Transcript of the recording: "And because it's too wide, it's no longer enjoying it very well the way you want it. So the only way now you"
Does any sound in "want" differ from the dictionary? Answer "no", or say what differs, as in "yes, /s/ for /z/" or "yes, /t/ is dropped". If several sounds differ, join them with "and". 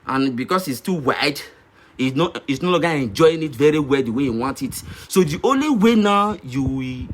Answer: no